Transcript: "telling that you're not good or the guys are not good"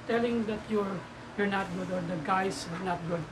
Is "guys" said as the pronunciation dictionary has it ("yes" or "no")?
no